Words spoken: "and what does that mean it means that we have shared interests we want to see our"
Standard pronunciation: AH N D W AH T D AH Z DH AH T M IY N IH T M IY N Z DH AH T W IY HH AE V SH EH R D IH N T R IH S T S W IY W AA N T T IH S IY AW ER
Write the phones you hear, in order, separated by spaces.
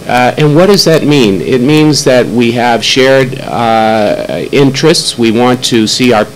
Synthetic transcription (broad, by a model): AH N W AH T D AH Z DH AH T M IY N IH T M IY N Z DH AH T W IY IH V SH EH R D IH N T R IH S T S W IY W AA N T T IH S IY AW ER